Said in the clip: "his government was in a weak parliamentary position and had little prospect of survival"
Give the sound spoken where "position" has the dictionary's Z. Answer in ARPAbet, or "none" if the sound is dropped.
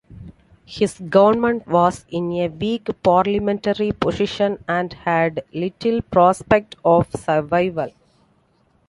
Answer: S